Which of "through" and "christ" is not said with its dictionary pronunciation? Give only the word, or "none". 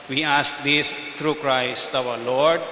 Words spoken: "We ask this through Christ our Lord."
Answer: through